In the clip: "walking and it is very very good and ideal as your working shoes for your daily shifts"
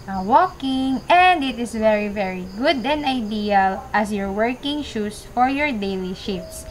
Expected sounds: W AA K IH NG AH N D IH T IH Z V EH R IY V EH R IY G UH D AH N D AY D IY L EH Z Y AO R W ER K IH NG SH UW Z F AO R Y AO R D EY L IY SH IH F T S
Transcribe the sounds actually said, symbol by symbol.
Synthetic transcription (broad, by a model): W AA K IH NG AH N D IH T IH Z V EH R IY V EH R IY G UH D AH N D AY D IY L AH S Y AO R W ER K IH NG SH UW S F AO R Y AO R D EY L IY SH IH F S